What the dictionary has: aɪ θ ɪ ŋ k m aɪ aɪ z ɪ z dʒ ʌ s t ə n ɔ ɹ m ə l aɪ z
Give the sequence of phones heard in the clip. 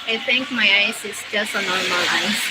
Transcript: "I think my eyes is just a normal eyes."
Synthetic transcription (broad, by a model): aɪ t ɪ ŋ k m aɪ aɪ s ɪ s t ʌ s ə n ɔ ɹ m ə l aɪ